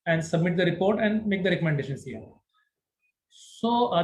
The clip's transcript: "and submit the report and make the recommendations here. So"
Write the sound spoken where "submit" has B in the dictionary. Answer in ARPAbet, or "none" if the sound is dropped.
B